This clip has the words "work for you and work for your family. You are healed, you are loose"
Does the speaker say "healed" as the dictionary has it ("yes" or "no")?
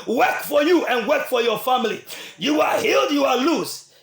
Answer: yes